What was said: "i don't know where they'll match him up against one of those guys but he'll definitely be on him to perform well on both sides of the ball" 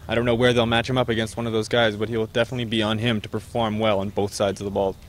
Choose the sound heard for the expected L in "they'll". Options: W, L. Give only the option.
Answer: L